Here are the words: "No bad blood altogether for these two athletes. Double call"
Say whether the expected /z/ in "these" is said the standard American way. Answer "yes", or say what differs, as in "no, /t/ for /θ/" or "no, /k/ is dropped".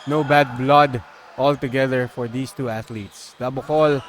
no, /s/ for /z/